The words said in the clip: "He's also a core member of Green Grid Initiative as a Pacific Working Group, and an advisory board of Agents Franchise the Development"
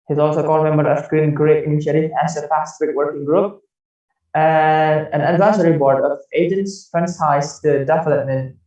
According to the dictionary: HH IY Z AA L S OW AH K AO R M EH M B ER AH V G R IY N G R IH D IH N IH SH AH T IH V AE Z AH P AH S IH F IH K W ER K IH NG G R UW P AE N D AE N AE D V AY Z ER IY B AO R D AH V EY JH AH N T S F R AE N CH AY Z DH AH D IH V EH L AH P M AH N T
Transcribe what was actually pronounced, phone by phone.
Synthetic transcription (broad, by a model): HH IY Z AA L S OW K AO L M EH M B ER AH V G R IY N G R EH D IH N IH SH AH T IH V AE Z AH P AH S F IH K W ER K IH NG G R UW P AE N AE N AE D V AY S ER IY B AO R D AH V EY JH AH N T S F R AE N S AY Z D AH D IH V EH L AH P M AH N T